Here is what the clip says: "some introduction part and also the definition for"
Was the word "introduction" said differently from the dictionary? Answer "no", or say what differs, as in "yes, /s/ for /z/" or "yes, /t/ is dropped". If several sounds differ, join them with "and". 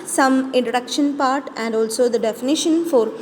yes, /ɹ/ is dropped